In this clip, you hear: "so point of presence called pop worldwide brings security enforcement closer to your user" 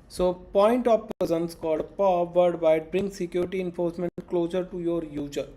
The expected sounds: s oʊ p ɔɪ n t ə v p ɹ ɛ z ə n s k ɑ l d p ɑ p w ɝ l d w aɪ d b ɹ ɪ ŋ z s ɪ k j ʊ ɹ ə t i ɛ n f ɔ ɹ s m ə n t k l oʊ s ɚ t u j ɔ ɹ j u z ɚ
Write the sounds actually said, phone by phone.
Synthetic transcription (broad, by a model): s oʊ p ɔɪ n t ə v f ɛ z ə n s k ɑ l d p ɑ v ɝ d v aɪ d b ɹ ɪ ŋ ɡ s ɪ k j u ɹ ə t i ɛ n f ɔ ɹ s m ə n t k l oʊ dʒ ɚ t u j ɔ ɹ j u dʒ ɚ